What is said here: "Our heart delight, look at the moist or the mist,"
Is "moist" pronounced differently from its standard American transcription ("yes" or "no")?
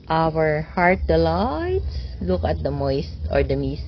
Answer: no